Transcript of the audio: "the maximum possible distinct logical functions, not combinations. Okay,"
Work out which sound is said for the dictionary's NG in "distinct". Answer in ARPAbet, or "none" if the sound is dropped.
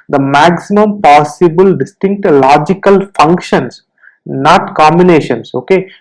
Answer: NG